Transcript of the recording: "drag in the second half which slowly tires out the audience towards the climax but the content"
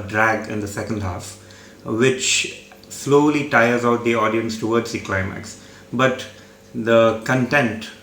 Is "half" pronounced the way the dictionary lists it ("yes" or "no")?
yes